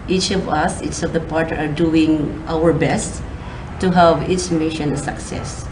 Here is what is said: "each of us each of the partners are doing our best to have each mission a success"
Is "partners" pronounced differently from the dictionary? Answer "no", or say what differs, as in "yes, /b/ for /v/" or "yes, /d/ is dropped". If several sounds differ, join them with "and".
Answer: yes, /n/ is dropped